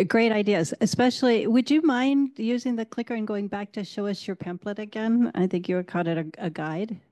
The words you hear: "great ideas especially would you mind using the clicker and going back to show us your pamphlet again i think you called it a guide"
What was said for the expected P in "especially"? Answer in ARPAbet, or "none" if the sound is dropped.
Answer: P